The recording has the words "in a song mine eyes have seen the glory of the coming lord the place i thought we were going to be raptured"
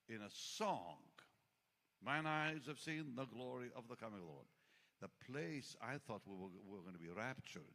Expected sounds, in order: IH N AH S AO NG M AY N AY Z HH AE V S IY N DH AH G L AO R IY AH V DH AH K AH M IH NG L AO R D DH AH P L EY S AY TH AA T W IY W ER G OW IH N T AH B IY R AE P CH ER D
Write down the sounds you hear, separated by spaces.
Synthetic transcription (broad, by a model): IH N AH S AO NG M AY N AY Z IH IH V S IY N DH AH G L AO R IY AH V DH AH K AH M IH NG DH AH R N DH AH P L EY S AY TH AA T W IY W ER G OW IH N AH B IY R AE P CH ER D